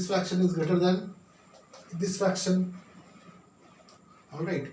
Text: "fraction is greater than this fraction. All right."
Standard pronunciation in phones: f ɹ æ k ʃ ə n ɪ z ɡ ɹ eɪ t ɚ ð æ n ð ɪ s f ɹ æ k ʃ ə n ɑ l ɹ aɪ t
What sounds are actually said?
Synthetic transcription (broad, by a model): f ɹ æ k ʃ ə n ɪ z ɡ eɪ t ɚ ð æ n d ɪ s f ɹ æ k ʃ ə n ɑ l ɹ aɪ t